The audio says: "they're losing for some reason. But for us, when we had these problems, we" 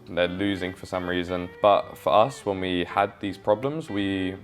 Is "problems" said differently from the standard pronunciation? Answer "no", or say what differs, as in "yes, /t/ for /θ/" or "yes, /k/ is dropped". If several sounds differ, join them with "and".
no